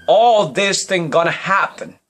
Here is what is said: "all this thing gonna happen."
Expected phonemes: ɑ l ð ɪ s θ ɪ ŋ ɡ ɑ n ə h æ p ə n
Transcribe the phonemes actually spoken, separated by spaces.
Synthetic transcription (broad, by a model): ɑ l ð ɪ s θ ɪ ŋ ɡ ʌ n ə h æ p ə n